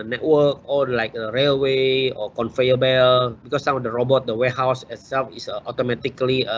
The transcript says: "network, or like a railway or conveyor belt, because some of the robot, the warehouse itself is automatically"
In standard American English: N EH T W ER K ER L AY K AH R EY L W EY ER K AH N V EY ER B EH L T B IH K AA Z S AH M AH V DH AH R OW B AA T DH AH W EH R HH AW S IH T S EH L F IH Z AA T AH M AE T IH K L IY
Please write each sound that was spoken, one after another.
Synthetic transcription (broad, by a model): N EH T W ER K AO L AY K AH R EY L W EY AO K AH N F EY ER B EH L B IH K AA S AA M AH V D AH R OW B AA T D AH W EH HH AW S IH T S EH L F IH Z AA T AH M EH T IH K L IY